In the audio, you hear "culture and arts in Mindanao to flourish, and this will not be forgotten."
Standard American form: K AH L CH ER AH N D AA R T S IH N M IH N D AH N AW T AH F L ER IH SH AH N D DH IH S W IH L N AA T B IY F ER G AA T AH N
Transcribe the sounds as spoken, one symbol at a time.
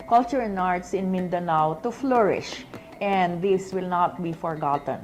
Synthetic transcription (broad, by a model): K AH L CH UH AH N AA R T S IH N M IH N D AH N AW T AH F L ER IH SH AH N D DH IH S W IH L N AA T B IY F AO G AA T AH N